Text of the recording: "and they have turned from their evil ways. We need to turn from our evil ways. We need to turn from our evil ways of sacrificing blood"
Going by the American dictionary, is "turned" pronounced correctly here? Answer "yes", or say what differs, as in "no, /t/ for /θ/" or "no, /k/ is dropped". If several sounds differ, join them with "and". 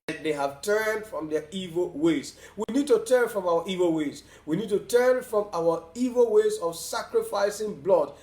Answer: yes